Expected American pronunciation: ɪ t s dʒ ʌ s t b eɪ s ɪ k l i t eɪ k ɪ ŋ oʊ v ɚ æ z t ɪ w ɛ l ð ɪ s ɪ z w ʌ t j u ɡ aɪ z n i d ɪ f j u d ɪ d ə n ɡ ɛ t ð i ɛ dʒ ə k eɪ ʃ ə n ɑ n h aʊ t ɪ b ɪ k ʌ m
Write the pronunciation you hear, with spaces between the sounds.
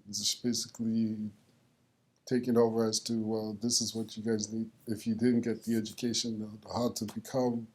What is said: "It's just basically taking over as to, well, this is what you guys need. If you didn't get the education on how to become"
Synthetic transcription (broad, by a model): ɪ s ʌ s b eɪ s ɪ k l i t eɪ k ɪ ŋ oʊ v ɚ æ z t ɪ w ɛ l ð ɪ s ɪ z w ʌ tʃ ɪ ɡ aɪ z n i d ɪ f j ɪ d ɪ d n ɡ ɛ t ð i ɛ dʒ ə k eɪ ʃ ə n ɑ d t ɪ b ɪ k ʌ m